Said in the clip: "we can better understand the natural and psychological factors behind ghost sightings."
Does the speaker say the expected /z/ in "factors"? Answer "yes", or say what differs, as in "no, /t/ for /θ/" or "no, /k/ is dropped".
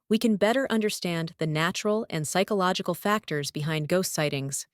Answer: yes